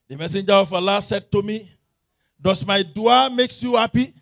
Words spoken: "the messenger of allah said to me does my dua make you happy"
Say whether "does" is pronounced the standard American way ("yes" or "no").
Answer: no